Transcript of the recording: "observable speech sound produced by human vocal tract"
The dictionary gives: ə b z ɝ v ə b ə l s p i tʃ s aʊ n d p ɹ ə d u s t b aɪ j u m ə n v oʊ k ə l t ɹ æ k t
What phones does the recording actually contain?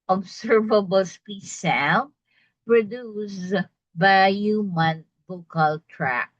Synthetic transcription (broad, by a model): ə b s ɝ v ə b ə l s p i s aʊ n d p ɹ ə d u s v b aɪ j u m ə n b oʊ k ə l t ɹ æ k